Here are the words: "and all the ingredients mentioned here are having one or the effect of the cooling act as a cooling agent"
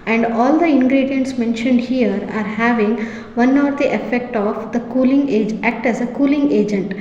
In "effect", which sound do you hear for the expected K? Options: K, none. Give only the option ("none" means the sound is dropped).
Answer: K